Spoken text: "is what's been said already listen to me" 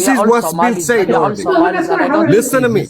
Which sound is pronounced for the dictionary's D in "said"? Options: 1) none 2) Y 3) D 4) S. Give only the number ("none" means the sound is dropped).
1